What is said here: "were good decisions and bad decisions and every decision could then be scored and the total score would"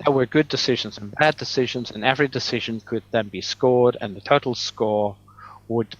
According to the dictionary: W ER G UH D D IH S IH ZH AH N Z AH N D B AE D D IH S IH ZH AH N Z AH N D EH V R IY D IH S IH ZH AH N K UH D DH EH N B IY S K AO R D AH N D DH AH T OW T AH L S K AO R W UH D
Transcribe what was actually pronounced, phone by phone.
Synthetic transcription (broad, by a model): W ER G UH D D IH S IH ZH AH N Z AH N B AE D D IH S IH ZH AH N Z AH N EH V R IY D IH S IH ZH AH N K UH D DH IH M B IY S K AO R D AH N DH AH T OW T L S K AO R W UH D